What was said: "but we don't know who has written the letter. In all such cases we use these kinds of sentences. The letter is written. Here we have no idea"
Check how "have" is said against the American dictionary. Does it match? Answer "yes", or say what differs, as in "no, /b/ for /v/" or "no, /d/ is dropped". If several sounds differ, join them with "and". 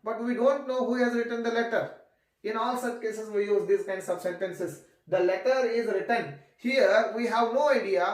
yes